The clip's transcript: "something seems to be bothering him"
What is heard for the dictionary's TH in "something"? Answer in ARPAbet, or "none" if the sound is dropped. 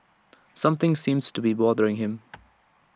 TH